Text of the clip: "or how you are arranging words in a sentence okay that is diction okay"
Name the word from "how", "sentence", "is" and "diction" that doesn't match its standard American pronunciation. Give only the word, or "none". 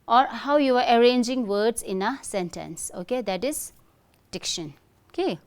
is